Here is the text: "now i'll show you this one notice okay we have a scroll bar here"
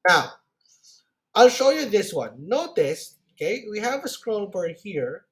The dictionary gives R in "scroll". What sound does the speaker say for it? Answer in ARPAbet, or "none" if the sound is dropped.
R